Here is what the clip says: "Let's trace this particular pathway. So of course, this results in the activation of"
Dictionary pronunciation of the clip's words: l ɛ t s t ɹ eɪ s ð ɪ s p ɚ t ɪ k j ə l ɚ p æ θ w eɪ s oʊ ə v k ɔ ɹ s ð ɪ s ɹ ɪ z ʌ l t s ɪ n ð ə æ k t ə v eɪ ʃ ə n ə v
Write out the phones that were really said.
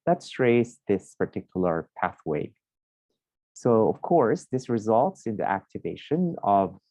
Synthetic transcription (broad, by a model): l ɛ t s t ɹ eɪ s ð ɪ s p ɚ t ɪ k j l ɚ p æ θ w eɪ s oʊ ə v k ɔ ɹ s ð ɪ s ɹ ɪ z ʌ l t s ɪ n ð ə æ k t ə v eɪ ʃ ə n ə v